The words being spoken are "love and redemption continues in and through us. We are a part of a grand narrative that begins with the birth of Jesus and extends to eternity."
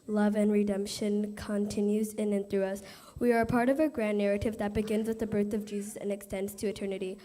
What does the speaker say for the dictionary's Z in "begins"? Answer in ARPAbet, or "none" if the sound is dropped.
Z